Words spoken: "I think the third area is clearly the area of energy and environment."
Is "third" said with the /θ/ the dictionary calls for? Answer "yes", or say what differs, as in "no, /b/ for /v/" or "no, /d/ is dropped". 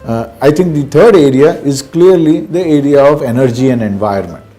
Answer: no, /t/ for /θ/